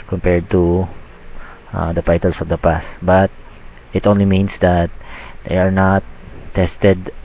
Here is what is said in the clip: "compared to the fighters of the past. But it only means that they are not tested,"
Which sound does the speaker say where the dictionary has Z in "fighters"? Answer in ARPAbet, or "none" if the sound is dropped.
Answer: S